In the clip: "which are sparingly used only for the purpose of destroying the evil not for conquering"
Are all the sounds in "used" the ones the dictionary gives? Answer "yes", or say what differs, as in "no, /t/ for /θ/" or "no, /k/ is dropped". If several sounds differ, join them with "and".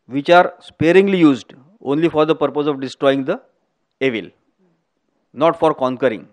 yes